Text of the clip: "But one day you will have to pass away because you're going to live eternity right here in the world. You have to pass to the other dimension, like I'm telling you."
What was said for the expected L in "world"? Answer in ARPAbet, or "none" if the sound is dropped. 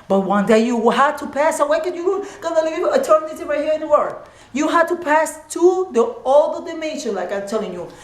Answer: none